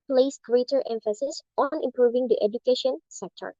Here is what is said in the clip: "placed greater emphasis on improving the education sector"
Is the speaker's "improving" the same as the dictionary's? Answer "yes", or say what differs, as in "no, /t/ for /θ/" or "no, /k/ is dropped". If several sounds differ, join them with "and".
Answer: yes